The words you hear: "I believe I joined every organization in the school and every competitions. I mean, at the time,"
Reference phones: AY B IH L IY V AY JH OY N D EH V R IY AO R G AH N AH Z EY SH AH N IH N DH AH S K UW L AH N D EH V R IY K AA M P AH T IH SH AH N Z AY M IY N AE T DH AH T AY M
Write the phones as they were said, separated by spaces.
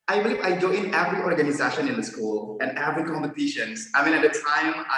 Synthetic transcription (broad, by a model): AY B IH L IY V AY JH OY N EH V R IY AO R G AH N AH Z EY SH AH N IH N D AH S K UW L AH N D EH V R IY K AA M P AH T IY SH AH N S AY M IY N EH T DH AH T AY M